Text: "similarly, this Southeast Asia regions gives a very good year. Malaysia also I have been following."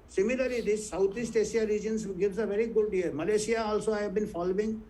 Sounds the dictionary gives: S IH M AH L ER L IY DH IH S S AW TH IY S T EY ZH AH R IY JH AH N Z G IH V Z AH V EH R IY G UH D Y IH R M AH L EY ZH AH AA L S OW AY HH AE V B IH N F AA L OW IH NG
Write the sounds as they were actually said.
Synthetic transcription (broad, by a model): S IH M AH L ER L IY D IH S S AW T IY S T EY S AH R IY JH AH N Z G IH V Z AH V EH R IY G UH D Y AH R M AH L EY SH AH AA L S OW AY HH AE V B IH N F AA L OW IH NG